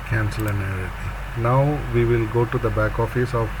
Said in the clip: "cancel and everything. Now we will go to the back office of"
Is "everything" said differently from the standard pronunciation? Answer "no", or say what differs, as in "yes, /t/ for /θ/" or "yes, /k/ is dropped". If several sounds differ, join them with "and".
yes, /v/ is dropped